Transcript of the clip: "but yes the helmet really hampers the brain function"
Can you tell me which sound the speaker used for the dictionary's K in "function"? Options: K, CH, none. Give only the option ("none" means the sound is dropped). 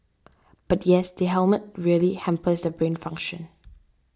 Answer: K